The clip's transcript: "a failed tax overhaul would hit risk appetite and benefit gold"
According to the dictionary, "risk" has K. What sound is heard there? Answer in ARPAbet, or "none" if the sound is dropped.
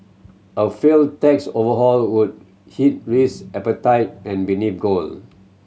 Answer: none